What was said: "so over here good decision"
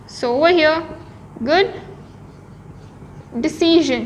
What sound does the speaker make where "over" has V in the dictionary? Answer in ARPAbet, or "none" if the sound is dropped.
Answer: W